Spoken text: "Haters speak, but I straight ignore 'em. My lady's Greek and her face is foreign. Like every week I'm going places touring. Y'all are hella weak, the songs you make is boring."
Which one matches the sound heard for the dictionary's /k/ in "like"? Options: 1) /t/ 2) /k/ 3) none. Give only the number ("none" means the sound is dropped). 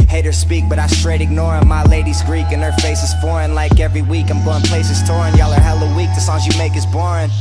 2